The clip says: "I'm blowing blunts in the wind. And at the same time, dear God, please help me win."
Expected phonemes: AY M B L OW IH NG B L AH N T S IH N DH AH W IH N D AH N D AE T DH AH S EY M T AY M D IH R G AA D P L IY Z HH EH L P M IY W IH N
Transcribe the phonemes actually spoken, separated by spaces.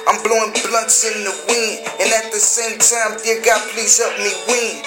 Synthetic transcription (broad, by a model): AY M B L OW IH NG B L AH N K S IH N DH AH W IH N AH N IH T DH AH S EY M T AY M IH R G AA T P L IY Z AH P M IY W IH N